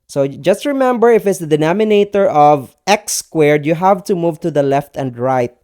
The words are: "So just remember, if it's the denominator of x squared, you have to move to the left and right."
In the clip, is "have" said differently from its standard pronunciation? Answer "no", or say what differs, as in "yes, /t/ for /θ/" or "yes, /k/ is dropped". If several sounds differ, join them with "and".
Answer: no